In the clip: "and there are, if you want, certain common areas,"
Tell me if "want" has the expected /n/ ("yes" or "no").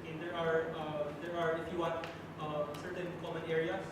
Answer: no